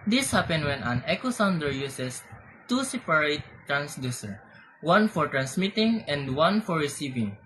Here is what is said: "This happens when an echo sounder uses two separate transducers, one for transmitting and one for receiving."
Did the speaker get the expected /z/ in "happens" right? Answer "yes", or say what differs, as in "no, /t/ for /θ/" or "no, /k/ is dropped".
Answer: no, /z/ is dropped